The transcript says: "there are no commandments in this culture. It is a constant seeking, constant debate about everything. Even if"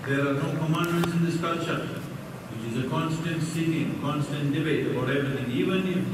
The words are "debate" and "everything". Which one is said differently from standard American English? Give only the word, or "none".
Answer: everything